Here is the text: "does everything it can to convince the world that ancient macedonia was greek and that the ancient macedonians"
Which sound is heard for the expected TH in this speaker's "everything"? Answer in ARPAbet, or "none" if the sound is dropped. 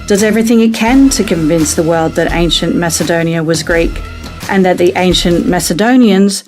TH